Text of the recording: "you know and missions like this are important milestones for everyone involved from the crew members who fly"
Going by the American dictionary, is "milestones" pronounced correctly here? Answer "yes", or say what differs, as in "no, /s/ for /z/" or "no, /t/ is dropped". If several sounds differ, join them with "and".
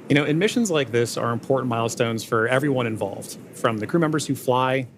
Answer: yes